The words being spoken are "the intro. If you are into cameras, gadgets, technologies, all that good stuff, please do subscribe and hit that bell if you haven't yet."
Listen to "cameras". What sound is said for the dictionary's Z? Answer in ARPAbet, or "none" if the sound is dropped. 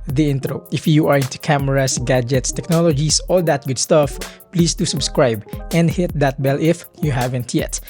S